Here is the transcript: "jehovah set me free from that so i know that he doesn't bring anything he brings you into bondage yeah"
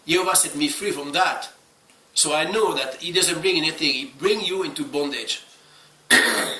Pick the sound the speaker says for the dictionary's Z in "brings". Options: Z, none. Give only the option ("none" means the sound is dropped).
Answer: none